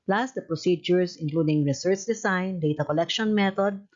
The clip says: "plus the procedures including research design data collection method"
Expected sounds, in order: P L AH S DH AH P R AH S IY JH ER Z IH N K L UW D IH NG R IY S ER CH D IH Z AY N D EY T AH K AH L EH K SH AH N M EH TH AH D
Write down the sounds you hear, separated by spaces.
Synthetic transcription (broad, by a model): P L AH S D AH P R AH S IY JH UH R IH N K L UW D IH NG R IY S ER CH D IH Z AY N D EY T AH K AH L EH K SH AH N M EH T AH D